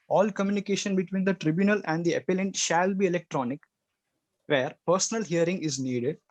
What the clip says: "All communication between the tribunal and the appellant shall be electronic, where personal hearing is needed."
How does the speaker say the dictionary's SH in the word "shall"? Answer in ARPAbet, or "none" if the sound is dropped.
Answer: SH